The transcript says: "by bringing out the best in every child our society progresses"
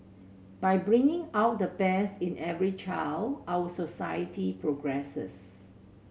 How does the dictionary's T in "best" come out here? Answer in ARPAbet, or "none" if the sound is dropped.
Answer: none